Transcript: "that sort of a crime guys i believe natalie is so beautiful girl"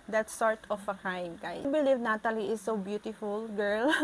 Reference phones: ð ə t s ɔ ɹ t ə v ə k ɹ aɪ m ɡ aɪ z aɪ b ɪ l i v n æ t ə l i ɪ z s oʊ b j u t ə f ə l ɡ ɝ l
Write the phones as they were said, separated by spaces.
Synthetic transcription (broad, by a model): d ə t s ɔ ɹ t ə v ə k aɪ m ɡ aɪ aɪ b ɪ l i v n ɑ t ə l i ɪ s oʊ b j u t ə f ə l ɡ ɝ l